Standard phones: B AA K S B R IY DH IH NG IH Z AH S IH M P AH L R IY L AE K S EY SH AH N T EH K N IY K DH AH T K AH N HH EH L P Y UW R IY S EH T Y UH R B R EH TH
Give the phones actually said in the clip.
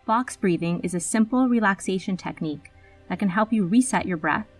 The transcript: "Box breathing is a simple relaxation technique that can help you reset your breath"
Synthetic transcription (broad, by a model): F AA K S B R IY DH IH NG IH Z AH S IH M P L R IY L AE K S EY SH AH N T EH K N IY K DH AH T K AH N HH EH L P Y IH R IY S EH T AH R B R EH TH